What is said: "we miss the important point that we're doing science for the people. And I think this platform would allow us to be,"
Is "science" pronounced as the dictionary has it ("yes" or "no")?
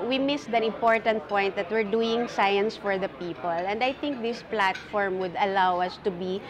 yes